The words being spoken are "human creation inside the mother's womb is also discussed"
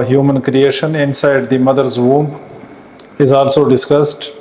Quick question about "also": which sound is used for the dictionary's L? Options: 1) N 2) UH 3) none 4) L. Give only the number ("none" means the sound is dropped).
4